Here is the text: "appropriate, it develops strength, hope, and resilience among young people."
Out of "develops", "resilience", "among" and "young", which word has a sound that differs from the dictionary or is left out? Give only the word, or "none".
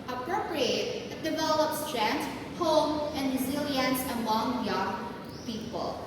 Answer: none